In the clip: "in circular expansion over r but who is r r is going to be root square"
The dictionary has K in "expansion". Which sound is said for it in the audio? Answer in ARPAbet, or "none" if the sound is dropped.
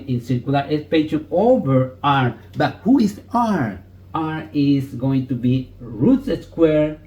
none